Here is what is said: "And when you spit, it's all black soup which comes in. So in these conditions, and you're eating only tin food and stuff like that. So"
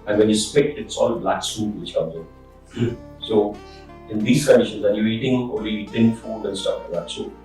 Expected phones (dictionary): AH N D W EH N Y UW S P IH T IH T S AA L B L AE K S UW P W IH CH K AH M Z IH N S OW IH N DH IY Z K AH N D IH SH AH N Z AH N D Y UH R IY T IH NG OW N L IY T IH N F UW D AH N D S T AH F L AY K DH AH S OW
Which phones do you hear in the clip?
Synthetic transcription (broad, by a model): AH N W EH N Y UW S P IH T IH T S AA L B L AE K S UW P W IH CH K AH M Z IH S OW IH N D IY S K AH N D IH SH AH N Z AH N Y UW IY T IH NG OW L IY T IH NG F UW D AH N S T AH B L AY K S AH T